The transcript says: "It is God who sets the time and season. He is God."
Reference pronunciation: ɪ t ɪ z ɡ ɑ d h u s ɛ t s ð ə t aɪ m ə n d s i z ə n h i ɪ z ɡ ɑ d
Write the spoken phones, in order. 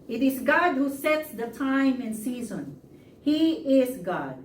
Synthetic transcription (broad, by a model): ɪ t ɪ z ɡ ɑ d h u s ɛ t s ð ə t aɪ m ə n s i z ə n h i ɪ z ɡ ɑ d